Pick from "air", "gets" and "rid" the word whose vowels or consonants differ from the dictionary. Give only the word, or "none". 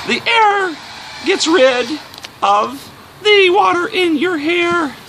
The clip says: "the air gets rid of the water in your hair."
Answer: none